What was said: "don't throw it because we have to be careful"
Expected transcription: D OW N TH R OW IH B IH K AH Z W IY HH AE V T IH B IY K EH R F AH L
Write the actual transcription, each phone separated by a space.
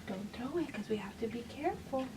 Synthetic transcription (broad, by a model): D OW N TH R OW IH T K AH Z W IY HH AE F T IH B IY K EH R F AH L